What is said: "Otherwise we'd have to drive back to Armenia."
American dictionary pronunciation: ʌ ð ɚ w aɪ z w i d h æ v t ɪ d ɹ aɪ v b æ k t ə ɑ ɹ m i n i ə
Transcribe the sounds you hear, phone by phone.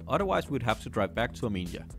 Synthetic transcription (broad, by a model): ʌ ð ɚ w aɪ z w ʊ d h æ f t ɪ d ɹ aɪ v b æ k t ə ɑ m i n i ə